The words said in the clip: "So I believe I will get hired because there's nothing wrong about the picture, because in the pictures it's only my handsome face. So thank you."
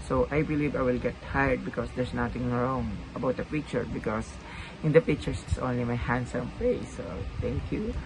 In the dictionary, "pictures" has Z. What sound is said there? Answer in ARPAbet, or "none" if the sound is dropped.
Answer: S